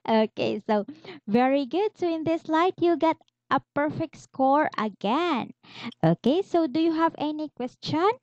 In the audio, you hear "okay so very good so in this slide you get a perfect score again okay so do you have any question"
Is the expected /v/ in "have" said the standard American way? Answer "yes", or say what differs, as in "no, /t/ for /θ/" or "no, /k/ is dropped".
yes